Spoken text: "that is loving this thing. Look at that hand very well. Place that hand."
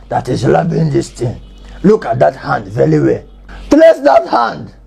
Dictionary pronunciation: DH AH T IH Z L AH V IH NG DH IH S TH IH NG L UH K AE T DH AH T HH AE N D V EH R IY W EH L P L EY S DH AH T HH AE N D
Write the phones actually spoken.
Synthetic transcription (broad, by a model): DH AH T IH Z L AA B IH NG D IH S T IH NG L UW K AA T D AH T HH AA N D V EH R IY W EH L P L EY S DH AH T HH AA N D